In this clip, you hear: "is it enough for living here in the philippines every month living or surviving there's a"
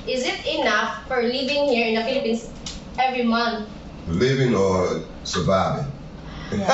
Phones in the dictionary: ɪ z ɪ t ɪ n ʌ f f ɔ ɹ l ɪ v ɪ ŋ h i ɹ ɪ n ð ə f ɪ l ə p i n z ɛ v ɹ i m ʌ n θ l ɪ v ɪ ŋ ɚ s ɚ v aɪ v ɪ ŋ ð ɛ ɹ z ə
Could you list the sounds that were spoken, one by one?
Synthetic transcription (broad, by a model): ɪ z ɪ t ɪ n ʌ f f ɔ ɹ l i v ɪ ŋ h i ɹ ɪ n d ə f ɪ l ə p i n s ɛ v ɹ i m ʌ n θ l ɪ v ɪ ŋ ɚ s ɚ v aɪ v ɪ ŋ